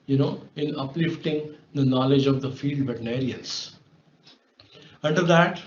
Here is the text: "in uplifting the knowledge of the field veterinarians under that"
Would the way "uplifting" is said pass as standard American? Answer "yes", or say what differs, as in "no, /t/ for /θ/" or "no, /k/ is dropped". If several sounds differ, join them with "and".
yes